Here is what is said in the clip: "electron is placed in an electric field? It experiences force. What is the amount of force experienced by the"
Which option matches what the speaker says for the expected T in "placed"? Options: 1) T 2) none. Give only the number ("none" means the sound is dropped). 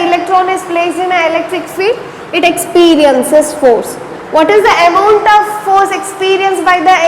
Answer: 2